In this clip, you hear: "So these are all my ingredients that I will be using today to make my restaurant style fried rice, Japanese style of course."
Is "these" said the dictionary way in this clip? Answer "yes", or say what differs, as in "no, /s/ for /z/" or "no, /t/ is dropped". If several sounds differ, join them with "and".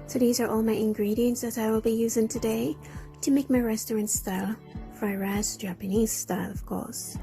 yes